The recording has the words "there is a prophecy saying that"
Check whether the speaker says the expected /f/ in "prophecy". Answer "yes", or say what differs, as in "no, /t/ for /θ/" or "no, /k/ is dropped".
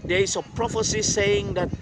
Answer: yes